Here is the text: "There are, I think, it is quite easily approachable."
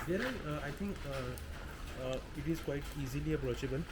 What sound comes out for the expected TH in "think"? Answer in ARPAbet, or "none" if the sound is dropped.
T